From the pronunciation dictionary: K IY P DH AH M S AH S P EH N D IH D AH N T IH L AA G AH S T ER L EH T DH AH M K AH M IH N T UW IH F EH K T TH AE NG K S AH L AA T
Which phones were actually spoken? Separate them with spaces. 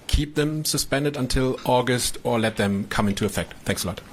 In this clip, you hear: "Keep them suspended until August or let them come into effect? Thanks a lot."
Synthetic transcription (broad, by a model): K IY P DH AH M S AH S P EH N D IH D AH N T IH L AA G AH S T ER L EH T DH AH M K AH M IH N T UW IH F EH K T TH AE NG K S AH L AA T